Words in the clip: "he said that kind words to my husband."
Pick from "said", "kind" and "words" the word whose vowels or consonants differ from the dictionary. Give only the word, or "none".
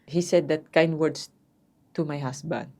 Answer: words